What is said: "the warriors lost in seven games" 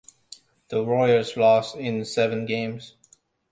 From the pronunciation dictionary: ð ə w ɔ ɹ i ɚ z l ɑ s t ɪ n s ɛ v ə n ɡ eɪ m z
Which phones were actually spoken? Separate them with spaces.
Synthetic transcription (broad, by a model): ð ə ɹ ɔ i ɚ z l ɑ s t ɪ n s ɛ v ə n ɡ eɪ m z